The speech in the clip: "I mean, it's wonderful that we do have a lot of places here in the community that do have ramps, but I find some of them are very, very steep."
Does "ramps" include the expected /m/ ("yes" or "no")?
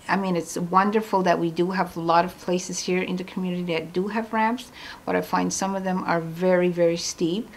no